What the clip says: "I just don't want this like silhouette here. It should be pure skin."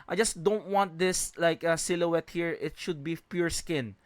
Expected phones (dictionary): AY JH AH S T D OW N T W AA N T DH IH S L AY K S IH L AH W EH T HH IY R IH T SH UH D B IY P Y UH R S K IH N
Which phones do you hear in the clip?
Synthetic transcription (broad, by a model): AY JH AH S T D OW N T W AA N T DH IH S L AY K S IH L AH W EH T HH IY R IH T SH UH D B IY P Y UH R S K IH N